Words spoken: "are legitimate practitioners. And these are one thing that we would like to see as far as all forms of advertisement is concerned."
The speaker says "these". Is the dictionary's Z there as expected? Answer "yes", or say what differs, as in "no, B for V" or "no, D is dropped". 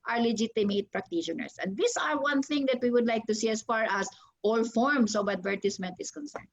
no, S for Z